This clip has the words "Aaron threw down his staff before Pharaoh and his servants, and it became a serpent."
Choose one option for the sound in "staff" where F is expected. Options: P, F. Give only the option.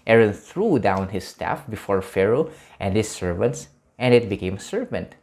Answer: F